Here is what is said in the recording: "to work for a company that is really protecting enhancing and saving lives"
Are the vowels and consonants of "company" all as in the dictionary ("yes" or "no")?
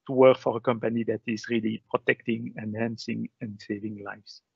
yes